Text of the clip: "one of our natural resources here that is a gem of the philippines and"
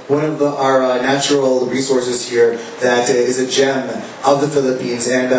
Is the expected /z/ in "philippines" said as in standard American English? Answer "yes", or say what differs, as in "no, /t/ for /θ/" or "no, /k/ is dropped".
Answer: yes